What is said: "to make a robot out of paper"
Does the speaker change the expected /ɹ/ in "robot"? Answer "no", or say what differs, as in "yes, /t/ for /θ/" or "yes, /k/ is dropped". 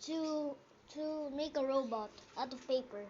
no